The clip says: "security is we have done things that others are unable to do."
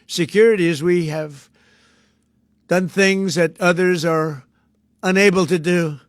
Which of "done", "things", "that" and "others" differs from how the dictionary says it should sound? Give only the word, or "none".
none